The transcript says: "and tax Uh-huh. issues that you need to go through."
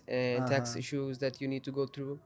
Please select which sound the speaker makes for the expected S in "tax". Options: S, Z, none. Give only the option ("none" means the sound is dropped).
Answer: S